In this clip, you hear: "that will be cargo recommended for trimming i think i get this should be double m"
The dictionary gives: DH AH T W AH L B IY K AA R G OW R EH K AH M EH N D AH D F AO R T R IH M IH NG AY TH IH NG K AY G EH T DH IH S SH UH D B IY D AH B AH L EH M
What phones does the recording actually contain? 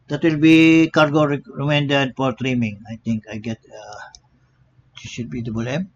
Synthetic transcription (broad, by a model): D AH T W AH L B IY K AA R G OW R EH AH M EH N D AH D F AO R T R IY M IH NG AY T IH NG K AY G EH T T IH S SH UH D B IY D AH B AH L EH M